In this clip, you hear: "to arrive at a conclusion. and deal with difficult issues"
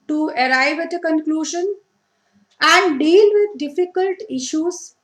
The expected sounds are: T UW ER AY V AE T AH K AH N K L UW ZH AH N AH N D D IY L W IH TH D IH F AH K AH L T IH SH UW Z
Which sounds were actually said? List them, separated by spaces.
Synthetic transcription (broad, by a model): T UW ER AY V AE T AH K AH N K L UW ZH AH N AH N D D IY L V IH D D IH F AH K AH L T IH SH UW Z